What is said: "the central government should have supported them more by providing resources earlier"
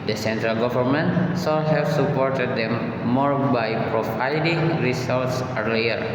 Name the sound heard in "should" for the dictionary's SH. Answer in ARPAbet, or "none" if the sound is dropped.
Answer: S